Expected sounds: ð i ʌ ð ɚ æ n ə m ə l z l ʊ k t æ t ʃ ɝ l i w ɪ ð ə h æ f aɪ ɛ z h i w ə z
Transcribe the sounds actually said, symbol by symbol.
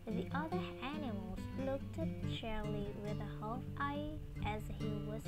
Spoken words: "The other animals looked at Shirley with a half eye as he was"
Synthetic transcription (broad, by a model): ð i ʌ ð ɚ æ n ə m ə l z l ʊ k t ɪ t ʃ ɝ l i w ɪ ð ə h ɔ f aɪ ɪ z h i w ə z